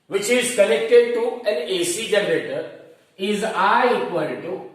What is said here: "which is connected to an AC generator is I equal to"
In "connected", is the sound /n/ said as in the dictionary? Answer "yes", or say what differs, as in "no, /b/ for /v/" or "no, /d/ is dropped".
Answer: no, /l/ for /n/